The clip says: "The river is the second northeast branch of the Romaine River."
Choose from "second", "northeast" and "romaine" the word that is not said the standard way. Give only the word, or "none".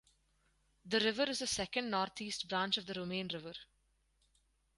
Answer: northeast